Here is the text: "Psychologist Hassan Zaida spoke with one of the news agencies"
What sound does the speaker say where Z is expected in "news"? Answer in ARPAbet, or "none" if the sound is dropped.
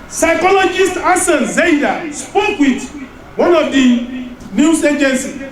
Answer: S